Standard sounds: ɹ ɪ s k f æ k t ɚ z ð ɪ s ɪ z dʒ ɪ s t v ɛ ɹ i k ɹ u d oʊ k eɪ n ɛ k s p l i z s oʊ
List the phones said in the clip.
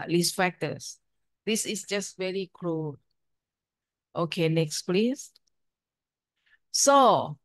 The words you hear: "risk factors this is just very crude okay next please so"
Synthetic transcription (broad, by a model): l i s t f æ k t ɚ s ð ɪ s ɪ s dʒ ɪ s t v ɛ ɹ i k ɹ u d oʊ k eɪ n ɛ k s p l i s s oʊ